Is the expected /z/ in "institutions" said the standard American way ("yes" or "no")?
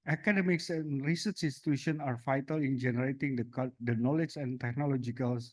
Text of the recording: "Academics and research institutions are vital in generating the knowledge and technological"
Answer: no